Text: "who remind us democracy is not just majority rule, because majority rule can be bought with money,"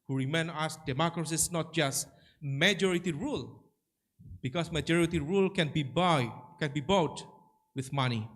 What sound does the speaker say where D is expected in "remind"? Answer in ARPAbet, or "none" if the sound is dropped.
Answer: none